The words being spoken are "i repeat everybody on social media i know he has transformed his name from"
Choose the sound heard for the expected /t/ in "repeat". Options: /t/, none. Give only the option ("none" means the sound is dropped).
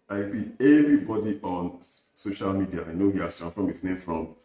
none